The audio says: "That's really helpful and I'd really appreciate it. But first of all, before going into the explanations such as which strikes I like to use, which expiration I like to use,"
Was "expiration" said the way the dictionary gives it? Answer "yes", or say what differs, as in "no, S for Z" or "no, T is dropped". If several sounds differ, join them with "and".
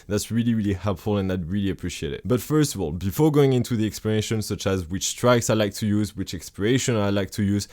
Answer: yes